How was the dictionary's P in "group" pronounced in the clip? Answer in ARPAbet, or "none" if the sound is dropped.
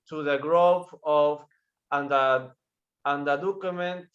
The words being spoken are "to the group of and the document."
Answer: F